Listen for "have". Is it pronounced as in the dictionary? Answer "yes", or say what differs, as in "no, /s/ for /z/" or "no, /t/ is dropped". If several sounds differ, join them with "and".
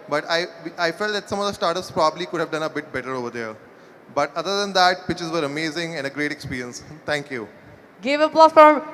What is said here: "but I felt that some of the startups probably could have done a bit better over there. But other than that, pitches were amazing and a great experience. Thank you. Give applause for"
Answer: yes